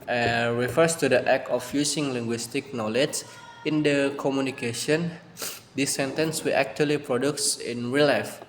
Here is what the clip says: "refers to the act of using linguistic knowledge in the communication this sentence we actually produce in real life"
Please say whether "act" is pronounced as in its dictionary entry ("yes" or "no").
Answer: no